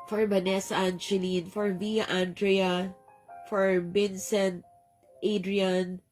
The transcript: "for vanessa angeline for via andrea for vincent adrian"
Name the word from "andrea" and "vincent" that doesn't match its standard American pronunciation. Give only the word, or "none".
vincent